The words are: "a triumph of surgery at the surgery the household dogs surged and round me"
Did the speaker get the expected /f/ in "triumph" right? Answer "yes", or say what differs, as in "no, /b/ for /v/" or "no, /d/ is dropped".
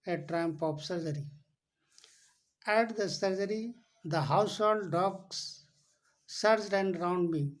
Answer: no, /p/ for /f/